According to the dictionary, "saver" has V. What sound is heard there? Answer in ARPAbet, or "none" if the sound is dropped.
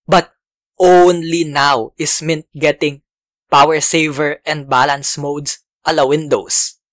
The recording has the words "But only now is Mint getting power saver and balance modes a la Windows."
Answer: V